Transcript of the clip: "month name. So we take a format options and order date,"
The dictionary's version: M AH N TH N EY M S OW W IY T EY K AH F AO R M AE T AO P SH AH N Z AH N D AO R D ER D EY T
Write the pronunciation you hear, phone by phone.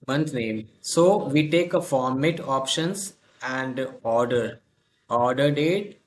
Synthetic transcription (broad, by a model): M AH N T N EY M S OW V IY T EY K AH F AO R M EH T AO P SH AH N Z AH N D AO R D ER D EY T